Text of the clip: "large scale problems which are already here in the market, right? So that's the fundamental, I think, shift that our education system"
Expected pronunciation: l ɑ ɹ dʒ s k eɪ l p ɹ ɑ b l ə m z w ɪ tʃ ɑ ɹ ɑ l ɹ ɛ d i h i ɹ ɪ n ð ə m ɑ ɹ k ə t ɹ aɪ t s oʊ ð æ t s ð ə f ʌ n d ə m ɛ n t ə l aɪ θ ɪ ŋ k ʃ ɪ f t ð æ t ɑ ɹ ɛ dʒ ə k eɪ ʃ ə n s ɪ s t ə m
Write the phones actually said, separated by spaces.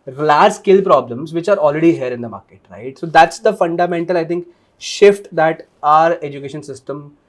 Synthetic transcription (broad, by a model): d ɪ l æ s k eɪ l p ɹ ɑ b l ə m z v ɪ tʃ ɑ ɹ ɑ l ɹ ɛ d i h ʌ ɹ ɪ n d ə m ɑ ɹ k ə t ɹ aɪ t s oʊ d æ t s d ə f ʌ n d ə m ɛ n t ə l aɪ t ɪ ŋ k ʃ ɪ f t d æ t ɑ ɹ ɛ dʒ ə k eɪ ʃ ə n s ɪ s t ə m